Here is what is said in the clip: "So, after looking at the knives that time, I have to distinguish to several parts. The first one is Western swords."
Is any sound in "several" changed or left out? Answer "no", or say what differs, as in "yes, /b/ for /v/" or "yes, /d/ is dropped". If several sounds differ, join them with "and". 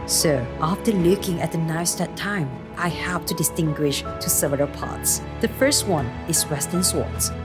yes, /ɹ/ is dropped